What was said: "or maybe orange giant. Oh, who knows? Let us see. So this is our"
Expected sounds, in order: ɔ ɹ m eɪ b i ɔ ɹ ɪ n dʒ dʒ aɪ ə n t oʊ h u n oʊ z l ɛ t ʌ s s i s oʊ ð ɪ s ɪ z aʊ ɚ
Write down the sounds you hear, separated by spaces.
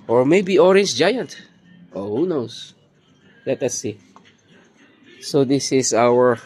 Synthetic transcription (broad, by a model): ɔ ɹ m eɪ b i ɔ ɹ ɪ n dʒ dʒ aɪ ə n t oʊ h u n oʊ s l ɛ t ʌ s s i s oʊ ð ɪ s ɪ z aʊ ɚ